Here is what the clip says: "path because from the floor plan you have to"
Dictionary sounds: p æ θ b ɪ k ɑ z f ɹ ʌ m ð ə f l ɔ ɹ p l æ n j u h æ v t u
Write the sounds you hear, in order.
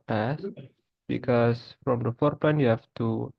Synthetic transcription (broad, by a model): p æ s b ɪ k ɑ s f ɹ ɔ m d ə f ɔ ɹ p l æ n j u h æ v t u